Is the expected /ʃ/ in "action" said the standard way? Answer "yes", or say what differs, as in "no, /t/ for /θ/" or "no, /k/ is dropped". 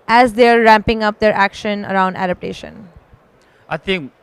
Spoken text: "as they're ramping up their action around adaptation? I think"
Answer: yes